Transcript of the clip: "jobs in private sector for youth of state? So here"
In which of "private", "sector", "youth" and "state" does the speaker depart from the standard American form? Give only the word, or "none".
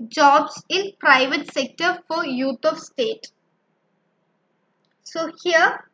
youth